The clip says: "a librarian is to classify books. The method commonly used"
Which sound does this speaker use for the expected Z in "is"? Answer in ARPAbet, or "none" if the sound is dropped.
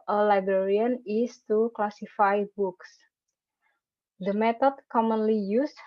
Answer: S